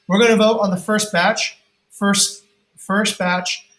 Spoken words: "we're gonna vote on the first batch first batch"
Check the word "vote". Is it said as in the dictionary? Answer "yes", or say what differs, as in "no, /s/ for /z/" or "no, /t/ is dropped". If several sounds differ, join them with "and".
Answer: yes